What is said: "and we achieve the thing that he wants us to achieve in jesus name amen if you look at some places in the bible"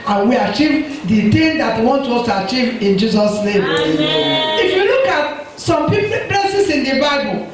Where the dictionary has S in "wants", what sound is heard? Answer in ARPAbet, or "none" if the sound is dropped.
none